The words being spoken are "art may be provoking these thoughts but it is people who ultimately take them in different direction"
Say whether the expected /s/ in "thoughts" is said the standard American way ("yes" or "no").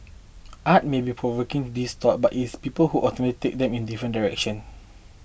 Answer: no